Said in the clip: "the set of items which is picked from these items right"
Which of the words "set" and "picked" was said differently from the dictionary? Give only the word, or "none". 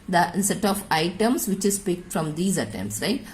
none